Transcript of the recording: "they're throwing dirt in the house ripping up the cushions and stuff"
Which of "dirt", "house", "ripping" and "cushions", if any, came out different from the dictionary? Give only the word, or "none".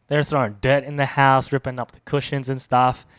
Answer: none